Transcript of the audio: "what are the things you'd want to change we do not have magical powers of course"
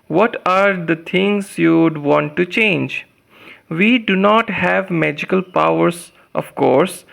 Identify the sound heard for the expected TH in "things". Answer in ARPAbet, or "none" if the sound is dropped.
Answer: T